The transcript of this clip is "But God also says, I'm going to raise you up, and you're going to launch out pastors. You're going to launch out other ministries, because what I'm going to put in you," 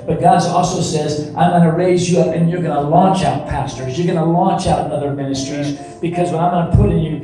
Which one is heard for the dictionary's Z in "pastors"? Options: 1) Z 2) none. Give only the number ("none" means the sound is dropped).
1